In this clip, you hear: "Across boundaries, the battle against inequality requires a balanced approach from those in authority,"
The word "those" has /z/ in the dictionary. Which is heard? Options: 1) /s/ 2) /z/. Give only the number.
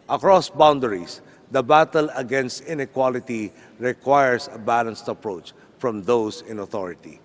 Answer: 1